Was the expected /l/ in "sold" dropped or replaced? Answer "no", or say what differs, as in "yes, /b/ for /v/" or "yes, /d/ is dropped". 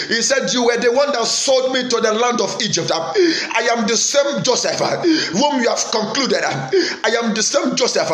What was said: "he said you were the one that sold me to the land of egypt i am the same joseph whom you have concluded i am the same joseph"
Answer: no